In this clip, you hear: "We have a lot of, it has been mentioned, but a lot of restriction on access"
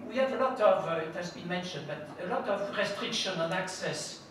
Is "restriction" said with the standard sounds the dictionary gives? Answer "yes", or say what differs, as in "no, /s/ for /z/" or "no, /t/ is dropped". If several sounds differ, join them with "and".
yes